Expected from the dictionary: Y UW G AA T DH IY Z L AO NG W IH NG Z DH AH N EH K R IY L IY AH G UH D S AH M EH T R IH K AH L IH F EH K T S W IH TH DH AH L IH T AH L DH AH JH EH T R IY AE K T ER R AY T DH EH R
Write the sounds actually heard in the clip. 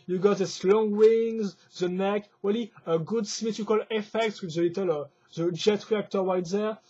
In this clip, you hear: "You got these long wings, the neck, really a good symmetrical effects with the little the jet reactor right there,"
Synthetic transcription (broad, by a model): Y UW G AA T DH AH S L AO NG W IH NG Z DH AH N EH K W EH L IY AH G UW D S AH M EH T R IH K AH L IH F EH K T S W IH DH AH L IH T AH L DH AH JH EH T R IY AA K T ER W AY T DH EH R